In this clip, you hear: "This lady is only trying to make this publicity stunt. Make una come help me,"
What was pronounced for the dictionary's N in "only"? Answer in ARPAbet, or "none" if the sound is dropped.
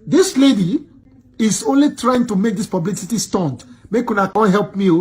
N